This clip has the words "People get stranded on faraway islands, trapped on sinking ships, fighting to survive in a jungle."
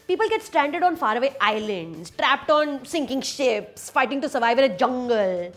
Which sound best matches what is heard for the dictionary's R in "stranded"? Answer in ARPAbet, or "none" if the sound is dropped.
R